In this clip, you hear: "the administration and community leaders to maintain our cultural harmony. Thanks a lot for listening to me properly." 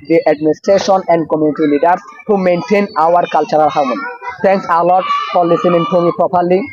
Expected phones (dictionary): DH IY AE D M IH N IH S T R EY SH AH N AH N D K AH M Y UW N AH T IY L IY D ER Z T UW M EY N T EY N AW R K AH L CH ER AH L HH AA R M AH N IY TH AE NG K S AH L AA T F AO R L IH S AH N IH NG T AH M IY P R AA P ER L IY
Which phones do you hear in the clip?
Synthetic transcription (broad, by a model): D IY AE D M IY N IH S T R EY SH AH N AH N D K AH M Y UW N AH T IY L IY D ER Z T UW M EY N T EY N AW R K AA L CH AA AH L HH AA W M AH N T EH NG K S AH L AA T F AO R L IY S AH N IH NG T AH M IY P R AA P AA L IY